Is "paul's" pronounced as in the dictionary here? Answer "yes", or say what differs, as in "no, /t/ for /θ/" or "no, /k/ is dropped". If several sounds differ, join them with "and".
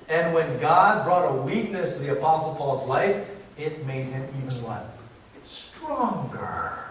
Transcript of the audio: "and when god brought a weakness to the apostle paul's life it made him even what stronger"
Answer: yes